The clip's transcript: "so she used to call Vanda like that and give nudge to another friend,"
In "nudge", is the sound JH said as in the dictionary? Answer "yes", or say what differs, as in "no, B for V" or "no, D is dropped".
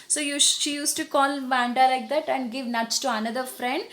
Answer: no, CH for JH